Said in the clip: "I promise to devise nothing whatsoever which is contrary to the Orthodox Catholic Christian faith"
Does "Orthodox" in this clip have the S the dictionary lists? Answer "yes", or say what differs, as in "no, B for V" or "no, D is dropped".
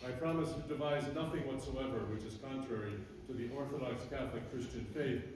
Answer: yes